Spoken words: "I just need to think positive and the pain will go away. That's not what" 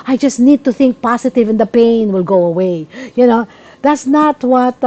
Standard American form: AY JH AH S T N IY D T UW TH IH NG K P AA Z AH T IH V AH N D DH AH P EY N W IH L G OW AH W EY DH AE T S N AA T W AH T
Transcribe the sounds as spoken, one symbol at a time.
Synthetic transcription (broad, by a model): AY JH AH S T N IY D T UW TH IH NG K P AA S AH T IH V AH N D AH P EY N W IH L G OW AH W EY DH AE T S N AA T W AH T